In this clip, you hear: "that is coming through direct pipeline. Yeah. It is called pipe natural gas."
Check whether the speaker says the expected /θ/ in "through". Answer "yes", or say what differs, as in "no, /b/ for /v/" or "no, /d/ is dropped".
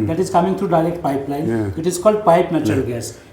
no, /t/ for /θ/